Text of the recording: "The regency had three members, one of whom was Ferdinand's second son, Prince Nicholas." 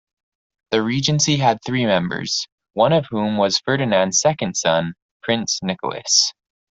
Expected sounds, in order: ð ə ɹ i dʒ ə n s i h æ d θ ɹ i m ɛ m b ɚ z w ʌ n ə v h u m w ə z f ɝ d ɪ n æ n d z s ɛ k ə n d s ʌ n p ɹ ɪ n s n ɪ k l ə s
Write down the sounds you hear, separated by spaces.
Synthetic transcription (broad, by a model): ð ə ɹ i dʒ ə n s i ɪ d θ ɹ i m ɛ m b ɚ z w ʌ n ə v h u m w ə z f ɝ d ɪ n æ n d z s ɛ k ə n d s ʌ n p ɹ ɪ n s n ɪ k l ə s